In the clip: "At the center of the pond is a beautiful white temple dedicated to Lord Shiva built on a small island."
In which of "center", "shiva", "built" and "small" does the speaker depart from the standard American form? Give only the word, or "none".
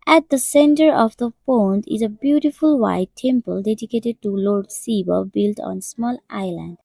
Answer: shiva